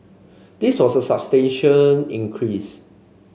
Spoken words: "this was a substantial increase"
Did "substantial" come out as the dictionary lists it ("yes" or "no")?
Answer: no